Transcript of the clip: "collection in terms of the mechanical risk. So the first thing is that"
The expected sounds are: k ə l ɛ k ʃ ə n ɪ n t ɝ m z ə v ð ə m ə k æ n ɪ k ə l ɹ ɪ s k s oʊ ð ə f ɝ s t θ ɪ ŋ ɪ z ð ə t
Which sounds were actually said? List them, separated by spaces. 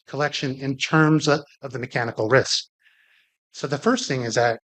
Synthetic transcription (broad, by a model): k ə l ɛ k ʃ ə n ɪ n t ɝ m z ə v ð ə m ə k æ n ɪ k l ɹ ɪ s k s oʊ ð ə f ɝ s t θ ɪ ŋ ɪ z ð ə t